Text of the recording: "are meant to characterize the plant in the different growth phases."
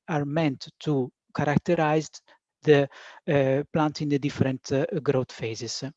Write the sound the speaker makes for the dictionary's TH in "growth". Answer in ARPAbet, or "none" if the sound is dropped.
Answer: T